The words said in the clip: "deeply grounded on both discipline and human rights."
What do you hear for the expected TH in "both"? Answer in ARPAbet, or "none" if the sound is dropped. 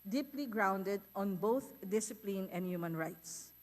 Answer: T